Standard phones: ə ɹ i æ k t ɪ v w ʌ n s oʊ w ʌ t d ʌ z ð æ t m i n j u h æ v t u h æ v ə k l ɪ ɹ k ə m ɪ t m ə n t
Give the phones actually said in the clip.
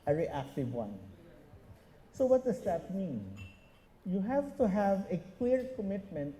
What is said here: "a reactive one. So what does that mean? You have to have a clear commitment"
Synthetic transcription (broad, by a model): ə ɹ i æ k t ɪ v w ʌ n s oʊ w ʌ t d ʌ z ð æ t m i n j u h æ v t u h æ v ə k w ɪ ɹ k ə m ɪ t m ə n t